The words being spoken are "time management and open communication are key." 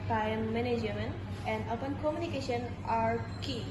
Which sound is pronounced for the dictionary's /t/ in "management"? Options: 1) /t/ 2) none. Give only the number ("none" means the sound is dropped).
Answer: 2